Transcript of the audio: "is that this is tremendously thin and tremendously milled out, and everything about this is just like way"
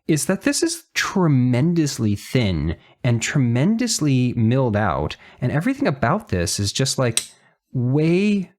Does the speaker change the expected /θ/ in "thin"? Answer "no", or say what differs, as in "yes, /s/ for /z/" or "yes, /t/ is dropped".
no